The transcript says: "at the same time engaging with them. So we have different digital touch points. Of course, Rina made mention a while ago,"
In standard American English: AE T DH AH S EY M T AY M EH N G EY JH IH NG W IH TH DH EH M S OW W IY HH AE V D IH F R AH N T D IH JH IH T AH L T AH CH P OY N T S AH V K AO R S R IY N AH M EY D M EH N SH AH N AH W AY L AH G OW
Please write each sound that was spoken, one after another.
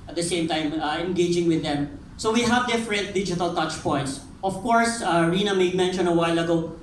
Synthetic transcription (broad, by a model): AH T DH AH S EY M T AY M EH N G EY JH IH NG W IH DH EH M S OW W IY HH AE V D IH F R AH N T D IH JH IH T AH L T AH CH P OY N T S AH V K AO R S R IY N AH M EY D M EH N SH AH N AH W AY L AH G OW